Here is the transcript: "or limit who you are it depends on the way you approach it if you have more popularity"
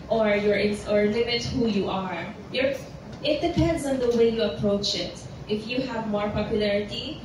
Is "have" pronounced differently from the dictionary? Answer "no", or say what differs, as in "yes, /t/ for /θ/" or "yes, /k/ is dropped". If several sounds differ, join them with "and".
no